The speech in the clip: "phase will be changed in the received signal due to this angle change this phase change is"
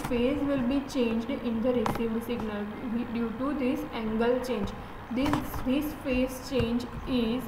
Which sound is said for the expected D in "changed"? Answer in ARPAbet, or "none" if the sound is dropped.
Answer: D